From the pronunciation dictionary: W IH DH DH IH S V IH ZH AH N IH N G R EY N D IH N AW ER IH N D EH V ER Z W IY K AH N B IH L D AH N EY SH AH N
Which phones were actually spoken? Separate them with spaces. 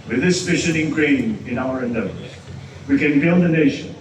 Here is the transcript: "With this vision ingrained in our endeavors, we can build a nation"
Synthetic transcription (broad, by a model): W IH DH DH IH S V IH SH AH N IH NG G R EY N IH N AW ER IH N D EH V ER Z W IY K AH N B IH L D AH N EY SH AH N